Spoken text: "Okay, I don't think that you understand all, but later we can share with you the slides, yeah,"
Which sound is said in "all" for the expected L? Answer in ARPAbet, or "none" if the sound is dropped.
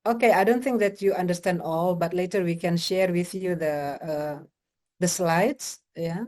L